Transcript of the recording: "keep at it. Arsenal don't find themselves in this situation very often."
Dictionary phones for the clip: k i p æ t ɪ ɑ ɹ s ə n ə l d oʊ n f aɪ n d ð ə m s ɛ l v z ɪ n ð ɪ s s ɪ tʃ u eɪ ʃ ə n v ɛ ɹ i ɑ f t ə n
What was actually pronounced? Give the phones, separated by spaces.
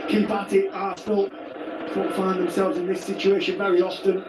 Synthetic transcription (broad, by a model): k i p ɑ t ɪ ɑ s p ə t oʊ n f aɪ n ð ə m s ɛ l v z ɪ n ð ɪ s s ɪ tʃ u eɪ ʃ ə n v ɛ ɹ i ɑ f t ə n